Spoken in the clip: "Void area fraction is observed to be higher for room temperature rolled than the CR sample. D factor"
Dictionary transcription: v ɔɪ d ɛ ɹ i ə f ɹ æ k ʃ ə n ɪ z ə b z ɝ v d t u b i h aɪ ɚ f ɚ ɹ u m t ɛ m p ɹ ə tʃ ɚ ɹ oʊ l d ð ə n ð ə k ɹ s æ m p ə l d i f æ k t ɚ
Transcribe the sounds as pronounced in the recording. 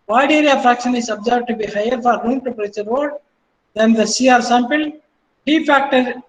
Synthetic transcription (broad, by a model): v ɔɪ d ɛ ɹ i ə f ɹ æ k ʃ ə n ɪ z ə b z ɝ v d t u b i h aɪ ɚ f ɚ ɹ u m t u p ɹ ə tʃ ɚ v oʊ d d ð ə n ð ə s ɹ s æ m p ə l d i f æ k t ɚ